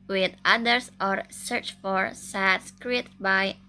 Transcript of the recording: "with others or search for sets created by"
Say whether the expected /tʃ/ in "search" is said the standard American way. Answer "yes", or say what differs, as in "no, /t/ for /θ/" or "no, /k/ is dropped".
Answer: yes